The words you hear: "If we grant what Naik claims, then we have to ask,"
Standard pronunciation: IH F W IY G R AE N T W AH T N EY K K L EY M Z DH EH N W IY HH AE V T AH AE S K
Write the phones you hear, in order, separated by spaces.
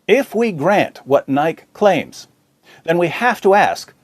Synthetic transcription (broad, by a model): IH F W IY G R AE N T W AH T N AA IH K L EY M Z DH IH N W IY HH AE F T AH AE S K